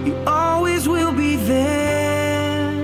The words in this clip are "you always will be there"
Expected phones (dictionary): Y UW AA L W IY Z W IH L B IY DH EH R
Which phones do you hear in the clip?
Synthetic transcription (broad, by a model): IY AA L W IY Z W IH L B IY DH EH